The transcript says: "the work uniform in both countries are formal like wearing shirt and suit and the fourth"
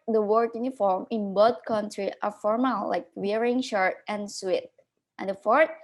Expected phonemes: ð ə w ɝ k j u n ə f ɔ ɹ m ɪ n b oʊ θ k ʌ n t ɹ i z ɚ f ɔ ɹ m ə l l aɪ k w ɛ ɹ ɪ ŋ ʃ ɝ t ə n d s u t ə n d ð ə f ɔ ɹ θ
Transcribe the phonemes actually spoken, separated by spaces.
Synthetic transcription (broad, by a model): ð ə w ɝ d j u n ə f ɔ ɹ m ɪ n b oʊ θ k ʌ n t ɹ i ɚ f ɔ ɹ m ə l l aɪ k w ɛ ɹ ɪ ŋ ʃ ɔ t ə n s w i t ə n d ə f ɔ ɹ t